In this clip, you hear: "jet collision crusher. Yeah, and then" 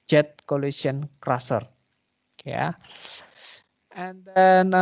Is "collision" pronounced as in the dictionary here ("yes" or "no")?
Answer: no